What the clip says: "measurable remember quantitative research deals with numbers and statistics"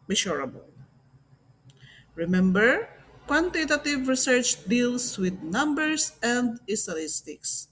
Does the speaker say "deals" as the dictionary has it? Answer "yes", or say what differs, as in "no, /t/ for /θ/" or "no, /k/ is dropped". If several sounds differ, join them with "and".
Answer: no, /s/ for /z/